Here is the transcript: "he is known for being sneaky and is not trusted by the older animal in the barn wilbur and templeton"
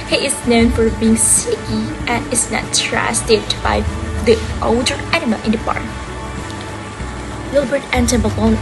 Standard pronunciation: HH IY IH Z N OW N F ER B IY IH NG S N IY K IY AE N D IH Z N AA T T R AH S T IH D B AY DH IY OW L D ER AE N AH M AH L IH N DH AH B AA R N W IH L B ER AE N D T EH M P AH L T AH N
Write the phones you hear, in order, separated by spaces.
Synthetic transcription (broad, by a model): HH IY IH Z N OW N F ER B IY IH NG S IY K IY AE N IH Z N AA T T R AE S T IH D B AY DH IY OW L D ER AE N AH M AH L IH N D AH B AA R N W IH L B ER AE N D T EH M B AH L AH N